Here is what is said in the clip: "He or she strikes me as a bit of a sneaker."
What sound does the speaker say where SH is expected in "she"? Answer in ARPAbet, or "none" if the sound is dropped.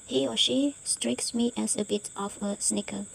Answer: SH